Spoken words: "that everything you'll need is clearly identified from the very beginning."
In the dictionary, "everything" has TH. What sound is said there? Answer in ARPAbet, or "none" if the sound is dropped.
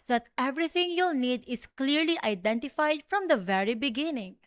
T